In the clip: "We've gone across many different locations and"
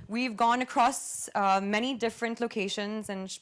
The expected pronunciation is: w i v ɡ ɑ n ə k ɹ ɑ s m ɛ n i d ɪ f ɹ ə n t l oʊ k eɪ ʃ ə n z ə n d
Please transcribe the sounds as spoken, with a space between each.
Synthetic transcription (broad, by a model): w i v ɡ ɑ n ə k ɹ ɑ s m ɛ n i d ɪ f ɹ ə n t l oʊ k eɪ ʃ ə n z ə n